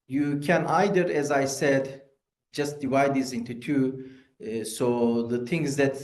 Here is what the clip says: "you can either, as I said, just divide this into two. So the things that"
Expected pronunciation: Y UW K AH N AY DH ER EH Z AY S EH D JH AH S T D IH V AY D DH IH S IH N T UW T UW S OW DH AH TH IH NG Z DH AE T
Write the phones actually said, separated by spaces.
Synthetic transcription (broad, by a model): Y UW K AH N AY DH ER EH Z AY S EH D JH AH S T D IH V AY D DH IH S IH N T UW T UW S OW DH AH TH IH NG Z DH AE T